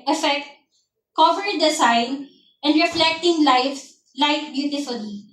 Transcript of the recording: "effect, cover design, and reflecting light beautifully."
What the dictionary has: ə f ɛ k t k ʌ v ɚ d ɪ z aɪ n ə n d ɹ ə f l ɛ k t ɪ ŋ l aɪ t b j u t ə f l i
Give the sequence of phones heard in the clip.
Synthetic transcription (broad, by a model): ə f ɛ k t k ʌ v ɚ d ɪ s aɪ n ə n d ɹ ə f l ɛ k t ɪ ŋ l aɪ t b j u t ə f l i